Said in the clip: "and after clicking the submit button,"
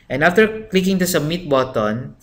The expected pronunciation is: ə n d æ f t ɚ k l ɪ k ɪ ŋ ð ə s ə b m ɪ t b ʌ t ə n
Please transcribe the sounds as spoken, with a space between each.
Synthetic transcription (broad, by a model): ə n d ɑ f t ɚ k l ɪ k ɪ ŋ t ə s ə m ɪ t b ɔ t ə n